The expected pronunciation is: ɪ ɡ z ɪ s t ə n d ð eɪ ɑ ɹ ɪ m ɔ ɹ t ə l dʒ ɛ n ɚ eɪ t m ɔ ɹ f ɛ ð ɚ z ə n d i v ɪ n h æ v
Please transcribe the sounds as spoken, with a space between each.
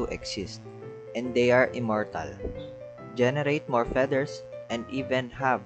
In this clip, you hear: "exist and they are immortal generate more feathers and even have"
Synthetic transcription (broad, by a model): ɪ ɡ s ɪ s t ə n d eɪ ɑ ɹ ɪ m ɔ ɹ t ə l dʒ ɛ n ɚ eɪ t m ɔ ɹ f ɛ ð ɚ s ə n d i v ɪ n h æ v